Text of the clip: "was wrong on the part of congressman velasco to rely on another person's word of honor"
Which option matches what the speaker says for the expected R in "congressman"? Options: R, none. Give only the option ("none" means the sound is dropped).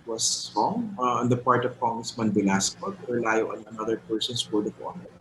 none